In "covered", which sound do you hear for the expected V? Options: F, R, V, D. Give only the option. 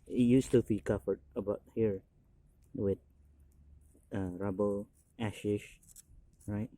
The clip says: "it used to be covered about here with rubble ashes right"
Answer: F